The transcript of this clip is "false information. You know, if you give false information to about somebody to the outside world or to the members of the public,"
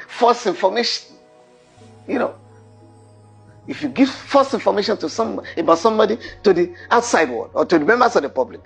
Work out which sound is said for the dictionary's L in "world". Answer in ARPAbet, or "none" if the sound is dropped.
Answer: none